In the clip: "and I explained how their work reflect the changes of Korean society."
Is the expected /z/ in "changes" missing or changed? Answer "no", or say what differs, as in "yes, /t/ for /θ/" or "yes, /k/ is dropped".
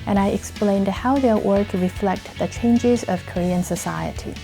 no